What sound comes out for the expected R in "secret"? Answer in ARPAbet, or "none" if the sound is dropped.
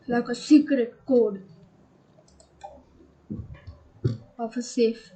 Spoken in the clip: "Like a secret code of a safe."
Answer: none